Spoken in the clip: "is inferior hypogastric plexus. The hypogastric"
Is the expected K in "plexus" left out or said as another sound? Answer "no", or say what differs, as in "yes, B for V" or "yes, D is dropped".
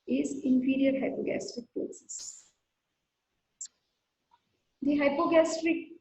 yes, K is dropped